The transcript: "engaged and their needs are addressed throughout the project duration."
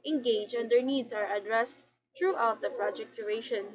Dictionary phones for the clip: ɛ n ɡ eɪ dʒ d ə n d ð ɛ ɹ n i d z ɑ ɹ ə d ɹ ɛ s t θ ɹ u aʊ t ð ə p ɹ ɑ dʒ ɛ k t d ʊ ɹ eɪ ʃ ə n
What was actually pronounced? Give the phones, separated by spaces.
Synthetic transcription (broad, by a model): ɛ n ɡ eɪ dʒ ə n d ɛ ɹ n i d s ɑ ɹ ə d ɹ ɛ s t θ ɹ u aʊ t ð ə p ɹ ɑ dʒ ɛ k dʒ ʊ ɹ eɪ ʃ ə n